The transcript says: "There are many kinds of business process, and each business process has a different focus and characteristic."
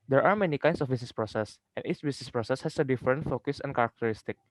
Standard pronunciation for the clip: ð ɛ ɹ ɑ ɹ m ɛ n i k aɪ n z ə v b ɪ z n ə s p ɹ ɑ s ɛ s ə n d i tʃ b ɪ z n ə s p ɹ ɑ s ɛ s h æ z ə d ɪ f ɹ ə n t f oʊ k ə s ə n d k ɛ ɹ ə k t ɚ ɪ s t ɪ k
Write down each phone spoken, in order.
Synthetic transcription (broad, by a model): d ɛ ɹ ɑ ɹ m ɛ n i k aɪ n s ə f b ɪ s n s p ɹ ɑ s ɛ s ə n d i s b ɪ s n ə s p ɹ ɑ s ɛ s h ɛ s ə d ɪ f ɹ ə n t f oʊ k ə s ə n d k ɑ ɹ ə k t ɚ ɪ s t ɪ k